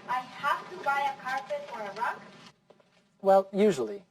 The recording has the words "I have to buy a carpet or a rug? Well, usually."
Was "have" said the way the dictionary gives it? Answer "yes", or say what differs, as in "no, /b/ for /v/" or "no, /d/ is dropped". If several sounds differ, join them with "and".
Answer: no, /f/ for /v/